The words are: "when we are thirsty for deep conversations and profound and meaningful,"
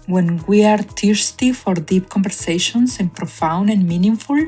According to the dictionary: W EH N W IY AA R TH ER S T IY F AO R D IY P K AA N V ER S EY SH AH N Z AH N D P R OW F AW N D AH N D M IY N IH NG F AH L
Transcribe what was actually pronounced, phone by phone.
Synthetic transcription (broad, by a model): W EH N W IY AA R T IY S T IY F AO R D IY P K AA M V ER S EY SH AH N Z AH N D P R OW F AW N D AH N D M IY N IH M F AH L